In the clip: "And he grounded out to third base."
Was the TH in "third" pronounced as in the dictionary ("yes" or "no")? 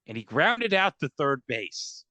yes